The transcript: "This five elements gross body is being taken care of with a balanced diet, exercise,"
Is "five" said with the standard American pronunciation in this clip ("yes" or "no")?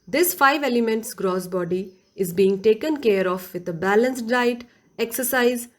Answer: yes